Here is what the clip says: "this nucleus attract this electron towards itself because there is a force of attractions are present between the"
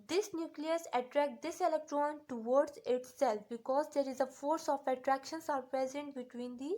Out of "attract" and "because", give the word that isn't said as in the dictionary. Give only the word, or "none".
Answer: none